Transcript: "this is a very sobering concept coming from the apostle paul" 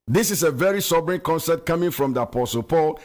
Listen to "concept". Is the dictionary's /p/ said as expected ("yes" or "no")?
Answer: no